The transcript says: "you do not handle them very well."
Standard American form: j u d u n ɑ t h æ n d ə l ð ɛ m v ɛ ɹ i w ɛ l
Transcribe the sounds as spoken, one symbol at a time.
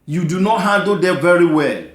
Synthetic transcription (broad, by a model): j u d u n ɑ t h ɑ d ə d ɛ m v ɛ ɹ i w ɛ l